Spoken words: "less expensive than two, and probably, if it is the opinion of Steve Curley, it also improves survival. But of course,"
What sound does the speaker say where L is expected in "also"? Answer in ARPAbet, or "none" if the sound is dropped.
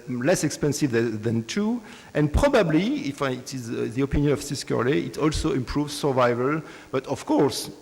L